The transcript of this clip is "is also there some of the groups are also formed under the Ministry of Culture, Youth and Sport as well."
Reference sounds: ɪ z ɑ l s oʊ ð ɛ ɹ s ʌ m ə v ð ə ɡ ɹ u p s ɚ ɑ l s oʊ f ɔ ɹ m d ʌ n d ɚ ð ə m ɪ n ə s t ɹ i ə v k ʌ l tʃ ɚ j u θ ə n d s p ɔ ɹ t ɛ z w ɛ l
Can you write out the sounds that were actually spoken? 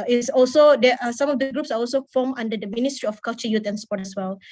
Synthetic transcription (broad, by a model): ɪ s ɑ l s oʊ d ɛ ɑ s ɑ m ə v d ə ɡ ɹ u p s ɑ ɑ l s oʊ f ɔ m ɑ n d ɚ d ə m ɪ n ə s t ɹ i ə f k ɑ l tʃ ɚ j u t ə n s p ɔ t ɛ s w ɛ l